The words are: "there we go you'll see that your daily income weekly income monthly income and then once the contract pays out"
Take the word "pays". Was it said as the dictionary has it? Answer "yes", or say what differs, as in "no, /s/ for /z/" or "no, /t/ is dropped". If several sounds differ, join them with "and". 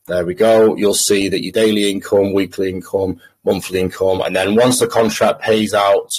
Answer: yes